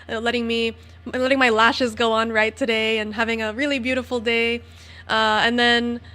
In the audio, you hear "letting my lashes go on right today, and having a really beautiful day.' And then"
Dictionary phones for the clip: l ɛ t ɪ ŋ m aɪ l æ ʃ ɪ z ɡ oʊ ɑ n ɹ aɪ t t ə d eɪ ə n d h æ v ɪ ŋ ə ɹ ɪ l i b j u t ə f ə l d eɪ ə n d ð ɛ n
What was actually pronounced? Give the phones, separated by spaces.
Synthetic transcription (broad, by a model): l ɛ t ɪ ŋ m aɪ l æ ʃ ɪ z ɡ oʊ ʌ n ɹ aɪ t t ə d eɪ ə n h æ v ɪ ŋ ə ɹ ɪ l i b j u t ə f l d eɪ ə n ð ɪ n